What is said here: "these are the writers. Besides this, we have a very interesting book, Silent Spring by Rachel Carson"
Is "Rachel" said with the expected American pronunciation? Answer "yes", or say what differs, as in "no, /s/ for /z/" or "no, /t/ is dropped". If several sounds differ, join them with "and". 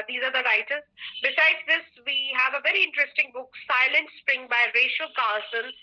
no, /ʃ/ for /tʃ/